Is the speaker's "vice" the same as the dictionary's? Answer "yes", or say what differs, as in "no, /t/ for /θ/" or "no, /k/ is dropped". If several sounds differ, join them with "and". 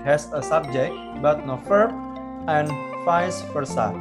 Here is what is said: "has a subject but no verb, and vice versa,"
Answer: no, /f/ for /v/